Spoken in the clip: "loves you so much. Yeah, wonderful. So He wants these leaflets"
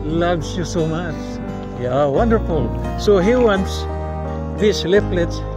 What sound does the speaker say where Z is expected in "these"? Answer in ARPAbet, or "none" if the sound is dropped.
S